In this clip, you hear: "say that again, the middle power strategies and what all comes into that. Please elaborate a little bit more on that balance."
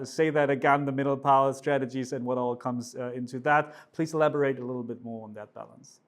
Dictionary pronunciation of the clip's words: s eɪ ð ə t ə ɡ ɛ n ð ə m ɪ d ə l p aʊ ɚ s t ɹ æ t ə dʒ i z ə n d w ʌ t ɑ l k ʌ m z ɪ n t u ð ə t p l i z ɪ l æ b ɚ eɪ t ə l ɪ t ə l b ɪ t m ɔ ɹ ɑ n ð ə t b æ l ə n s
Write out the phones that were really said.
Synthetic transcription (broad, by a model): s eɪ ð ə t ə ɡ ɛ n ð ə m ɪ d l p aʊ ɚ s t ɹ æ t ə dʒ i z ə n w ʌ t ɑ l k ʌ m z ɪ n t u ð ə t p l i z ɪ l æ b ɚ eɪ t ə l ɪ t l b ɪ t m ɔ ɹ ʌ n ð ə t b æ l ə n s